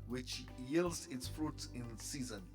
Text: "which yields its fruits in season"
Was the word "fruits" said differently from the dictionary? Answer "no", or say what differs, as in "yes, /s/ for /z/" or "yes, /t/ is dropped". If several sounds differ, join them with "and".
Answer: yes, /s/ is dropped